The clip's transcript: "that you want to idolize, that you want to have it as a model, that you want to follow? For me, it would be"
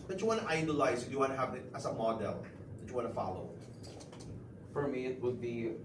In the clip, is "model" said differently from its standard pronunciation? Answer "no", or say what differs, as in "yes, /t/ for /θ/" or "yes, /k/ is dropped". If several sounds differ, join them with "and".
no